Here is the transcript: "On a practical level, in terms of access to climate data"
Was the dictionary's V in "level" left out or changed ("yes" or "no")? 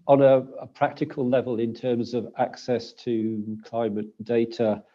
no